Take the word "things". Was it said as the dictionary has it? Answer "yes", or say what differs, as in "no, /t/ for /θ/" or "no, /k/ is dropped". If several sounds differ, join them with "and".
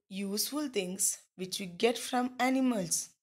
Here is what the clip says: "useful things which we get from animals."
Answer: no, /t/ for /θ/